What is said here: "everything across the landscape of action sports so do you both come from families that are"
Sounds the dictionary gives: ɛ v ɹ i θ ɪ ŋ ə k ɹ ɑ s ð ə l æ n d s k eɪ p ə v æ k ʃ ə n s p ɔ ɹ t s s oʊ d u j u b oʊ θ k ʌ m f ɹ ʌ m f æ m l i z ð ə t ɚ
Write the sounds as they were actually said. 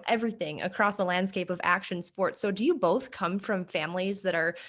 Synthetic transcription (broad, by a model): ɛ v ɹ i θ ɪ ŋ ə k ɹ ɑ s ð ə l æ n d s k eɪ p ə v æ k ʃ ə n s p ɔ ɹ t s s oʊ d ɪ j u b oʊ θ k ʌ m f ɹ ʌ m f æ m l i z ð ə t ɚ